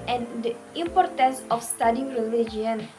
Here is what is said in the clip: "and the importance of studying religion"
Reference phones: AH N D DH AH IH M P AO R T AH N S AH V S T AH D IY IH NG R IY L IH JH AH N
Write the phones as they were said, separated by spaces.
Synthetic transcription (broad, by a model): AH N D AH IH M P AO R T AH N S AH F S T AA D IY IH NG R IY L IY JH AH N